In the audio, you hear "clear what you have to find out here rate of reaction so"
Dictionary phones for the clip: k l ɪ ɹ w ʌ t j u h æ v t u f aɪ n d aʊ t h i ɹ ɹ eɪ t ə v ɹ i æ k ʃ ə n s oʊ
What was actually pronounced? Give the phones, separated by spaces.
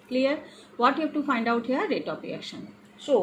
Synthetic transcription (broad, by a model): k l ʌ ɹ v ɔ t j u h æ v t u f aɪ n d aʊ t h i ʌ ɹ eɪ t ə p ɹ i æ k ʃ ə n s oʊ